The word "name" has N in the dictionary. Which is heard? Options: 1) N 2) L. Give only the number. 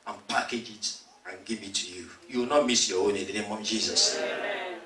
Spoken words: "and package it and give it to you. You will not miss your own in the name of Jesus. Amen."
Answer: 1